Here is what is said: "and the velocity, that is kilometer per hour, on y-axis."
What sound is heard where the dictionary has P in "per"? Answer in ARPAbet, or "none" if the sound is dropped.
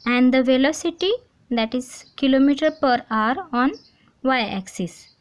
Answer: P